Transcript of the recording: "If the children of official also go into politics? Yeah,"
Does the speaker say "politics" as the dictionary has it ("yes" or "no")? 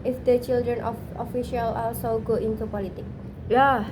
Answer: no